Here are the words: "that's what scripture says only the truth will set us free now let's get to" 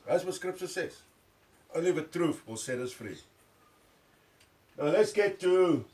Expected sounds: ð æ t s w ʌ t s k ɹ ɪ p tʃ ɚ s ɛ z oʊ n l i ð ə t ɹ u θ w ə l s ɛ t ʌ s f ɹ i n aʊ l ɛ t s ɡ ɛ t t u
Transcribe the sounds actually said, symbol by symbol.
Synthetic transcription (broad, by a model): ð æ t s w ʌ s k ɹ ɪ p s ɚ s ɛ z oʊ n l i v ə t ɹ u f w ə l s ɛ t ʌ s f ɹ i n aʊ l ɛ t s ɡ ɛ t t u